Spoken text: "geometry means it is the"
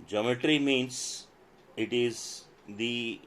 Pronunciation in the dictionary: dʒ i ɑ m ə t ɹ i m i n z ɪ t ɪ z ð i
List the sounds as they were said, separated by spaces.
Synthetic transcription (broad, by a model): dʒ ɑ m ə t ɹ i m i n s ɪ t ɪ z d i